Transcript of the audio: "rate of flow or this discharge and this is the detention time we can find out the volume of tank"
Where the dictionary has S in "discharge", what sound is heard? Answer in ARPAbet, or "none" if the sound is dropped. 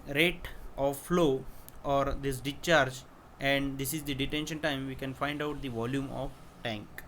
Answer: none